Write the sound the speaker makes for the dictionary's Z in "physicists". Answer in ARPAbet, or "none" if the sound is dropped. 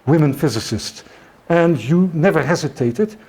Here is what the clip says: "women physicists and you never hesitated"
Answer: Z